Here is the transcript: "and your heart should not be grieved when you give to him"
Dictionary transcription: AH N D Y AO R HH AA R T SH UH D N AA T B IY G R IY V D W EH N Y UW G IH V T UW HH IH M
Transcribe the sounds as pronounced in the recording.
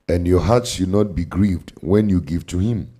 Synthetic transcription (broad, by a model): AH N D Y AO HH AA T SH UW D N AA T B IY G R IY V D W EH N Y UW G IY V T UW HH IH M